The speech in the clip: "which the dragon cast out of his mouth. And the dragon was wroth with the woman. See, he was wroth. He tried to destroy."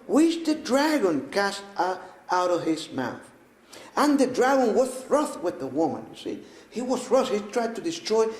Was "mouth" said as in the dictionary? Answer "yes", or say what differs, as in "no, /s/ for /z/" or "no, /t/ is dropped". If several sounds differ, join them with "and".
yes